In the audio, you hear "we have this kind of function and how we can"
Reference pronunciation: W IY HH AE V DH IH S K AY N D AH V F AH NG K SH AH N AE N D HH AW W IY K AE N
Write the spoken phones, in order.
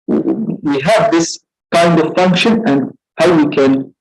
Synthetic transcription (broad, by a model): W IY HH AE V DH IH S K AY N D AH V F AH NG K SH AH N AE N D HH AW W IY K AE N